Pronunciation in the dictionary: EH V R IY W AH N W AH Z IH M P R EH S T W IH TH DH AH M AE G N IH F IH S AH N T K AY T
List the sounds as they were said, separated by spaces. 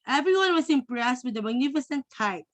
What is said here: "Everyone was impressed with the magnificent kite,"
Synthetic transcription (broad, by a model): EH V R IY W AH N W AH S IH M P R EH S T W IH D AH M AE G N IH F IH S AH N T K AY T